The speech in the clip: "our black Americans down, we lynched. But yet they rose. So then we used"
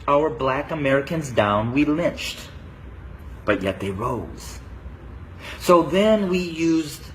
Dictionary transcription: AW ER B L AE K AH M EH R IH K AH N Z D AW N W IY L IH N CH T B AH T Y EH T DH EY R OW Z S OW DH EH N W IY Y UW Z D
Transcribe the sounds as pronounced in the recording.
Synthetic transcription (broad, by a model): AW ER B L AE K AH M EH R IH K AH N Z D AW N W IY L IH N CH T B AH T Y EH T DH EY R OW Z S OW DH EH N W IY Y UW Z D